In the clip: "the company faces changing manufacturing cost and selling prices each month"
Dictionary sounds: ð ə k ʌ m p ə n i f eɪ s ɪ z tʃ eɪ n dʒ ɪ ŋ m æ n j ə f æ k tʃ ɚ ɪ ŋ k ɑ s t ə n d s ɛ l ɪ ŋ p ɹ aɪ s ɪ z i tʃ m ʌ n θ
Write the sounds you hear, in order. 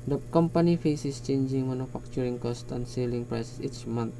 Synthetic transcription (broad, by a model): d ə k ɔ m p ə n i f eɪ s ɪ s tʃ eɪ n dʒ ɪ ŋ m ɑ n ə f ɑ k tʃ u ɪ ŋ k ɑ s t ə n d s ɛ l ɪ ŋ p ɹ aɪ s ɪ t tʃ m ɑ n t